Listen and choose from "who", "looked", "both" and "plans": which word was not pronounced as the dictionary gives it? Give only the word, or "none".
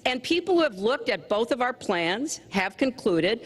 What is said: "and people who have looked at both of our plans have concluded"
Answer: none